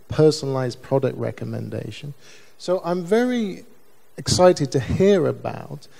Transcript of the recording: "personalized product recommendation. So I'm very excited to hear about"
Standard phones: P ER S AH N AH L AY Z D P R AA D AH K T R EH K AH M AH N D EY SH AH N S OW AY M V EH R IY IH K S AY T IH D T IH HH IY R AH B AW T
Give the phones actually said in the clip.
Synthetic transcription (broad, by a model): P ER S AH N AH L AY Z P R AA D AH K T R EH K AH M AH N D EY SH AH N S OW AY M V EH R IY IH K S AY T IH D T IH HH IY R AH B AW T